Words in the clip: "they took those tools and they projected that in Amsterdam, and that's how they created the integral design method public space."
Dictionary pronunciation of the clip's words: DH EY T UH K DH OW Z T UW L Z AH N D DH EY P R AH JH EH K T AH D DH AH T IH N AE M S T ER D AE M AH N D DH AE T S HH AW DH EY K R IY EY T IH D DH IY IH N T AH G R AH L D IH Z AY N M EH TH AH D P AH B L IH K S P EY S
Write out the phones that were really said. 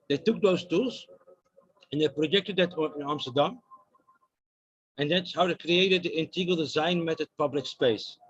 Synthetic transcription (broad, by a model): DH EY T UH K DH OW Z T UW L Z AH N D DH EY P R AH JH EH K T AH D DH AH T IH N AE M S T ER D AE M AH N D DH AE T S HH AW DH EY K R IY EY T IH D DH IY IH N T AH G AH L D IH Z AY N M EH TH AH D P AH B L IH K S P EY S